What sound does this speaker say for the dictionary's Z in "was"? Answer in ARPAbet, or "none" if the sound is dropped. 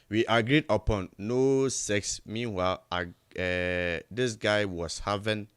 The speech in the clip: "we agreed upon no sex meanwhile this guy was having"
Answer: S